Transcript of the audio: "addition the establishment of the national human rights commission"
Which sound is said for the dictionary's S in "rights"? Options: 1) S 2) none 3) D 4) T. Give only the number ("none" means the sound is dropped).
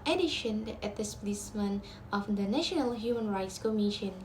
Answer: 1